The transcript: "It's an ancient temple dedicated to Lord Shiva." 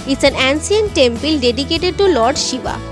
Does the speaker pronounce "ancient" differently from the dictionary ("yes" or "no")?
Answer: yes